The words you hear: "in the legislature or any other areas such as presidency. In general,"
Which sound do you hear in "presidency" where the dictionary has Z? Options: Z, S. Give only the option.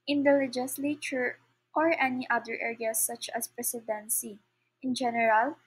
S